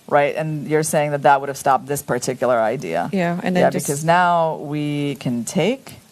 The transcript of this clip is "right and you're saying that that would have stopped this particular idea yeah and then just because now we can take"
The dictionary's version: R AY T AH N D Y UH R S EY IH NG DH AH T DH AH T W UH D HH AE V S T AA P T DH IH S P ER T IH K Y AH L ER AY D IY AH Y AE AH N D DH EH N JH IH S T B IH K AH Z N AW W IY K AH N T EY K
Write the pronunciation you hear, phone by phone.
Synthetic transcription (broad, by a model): R AY T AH N Y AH R S EY IH NG DH AH T DH AH T W UH D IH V S T AA P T DH IH S P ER T IH K Y L ER AY D IY AH Y AE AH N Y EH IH B IH K AH Z N AW W IY K AH N T EY K